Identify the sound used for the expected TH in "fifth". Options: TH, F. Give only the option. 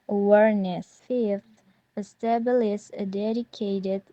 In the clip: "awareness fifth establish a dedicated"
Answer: F